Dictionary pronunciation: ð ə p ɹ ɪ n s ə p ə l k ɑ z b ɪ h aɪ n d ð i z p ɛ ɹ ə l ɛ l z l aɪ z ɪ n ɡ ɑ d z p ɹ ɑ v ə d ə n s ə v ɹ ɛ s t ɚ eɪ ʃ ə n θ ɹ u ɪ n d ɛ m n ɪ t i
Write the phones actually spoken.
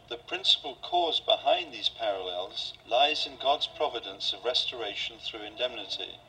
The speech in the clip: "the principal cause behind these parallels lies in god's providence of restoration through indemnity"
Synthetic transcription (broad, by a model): ð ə p ɹ ɪ n s ə p ə l k ɑ z b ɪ h aɪ n ð i z p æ ɹ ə l ɛ l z l aɪ z ɪ n ɡ ɑ d z p ɹ ɑ v ə d ə n s ə v ɹ ɛ s t ɚ eɪ ʃ ə n θ ɹ u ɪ n d ɛ m n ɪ t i